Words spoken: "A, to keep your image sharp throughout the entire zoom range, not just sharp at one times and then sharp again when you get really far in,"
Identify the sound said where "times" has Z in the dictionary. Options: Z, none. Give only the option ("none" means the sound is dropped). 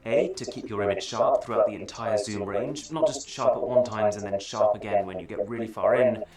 Z